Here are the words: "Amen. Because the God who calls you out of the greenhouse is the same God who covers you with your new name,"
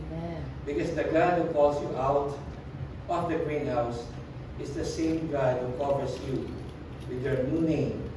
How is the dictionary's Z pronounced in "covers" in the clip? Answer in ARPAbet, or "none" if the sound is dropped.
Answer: S